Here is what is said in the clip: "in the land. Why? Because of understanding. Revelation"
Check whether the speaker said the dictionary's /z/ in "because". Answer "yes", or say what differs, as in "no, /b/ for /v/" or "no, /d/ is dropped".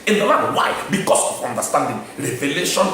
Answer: no, /s/ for /z/